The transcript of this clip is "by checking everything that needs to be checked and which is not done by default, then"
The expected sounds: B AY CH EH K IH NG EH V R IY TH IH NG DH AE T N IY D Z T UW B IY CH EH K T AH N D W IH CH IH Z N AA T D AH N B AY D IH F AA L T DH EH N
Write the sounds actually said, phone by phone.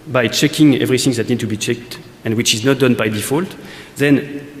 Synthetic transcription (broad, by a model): B AY CH EH K IH NG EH V R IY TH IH NG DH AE T N IY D T UW B IY CH EH K T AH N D W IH CH IH Z N AA T D AH N B AY D IH F AA L T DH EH N